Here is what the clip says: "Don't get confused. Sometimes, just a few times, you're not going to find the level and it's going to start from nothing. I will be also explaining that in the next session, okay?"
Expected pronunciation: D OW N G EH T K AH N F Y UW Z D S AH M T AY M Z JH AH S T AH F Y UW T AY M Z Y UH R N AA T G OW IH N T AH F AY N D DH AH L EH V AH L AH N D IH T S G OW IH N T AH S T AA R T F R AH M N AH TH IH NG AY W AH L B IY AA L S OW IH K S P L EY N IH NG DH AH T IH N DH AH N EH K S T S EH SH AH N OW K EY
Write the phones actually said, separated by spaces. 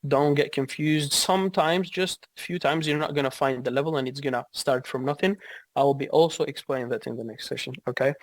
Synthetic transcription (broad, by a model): D OW N G EH T K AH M F Y UW Z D S AH M T AY M Z JH AH S T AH F Y UW T AY M Z Y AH R N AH T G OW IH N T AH F AY N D DH AH L EH V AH L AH N IH T S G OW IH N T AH S T AA R T F R AH M N AH TH IH NG AY W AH L B IY AA L S OW IH K S P L EY N IH NG DH AH T IH N DH AH N EH K S T S EH SH AH N OW K EY